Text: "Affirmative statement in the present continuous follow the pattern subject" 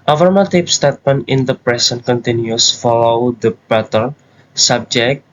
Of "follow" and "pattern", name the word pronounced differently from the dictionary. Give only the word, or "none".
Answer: pattern